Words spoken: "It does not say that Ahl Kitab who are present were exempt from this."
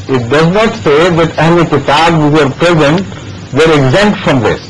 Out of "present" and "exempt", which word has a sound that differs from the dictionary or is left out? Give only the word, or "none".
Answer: exempt